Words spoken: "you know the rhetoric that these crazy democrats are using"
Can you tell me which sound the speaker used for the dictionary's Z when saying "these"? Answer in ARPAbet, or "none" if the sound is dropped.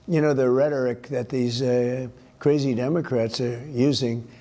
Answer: Z